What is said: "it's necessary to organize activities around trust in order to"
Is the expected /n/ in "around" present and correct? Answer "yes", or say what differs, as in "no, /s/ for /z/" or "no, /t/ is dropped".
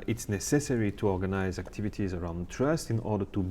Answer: yes